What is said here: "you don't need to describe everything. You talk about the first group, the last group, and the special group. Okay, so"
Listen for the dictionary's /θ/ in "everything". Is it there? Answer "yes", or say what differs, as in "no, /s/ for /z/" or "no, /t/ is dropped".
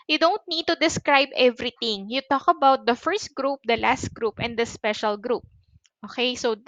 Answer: no, /t/ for /θ/